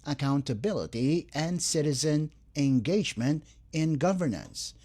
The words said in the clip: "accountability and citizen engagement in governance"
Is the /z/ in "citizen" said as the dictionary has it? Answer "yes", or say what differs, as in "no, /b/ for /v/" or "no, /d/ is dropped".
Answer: yes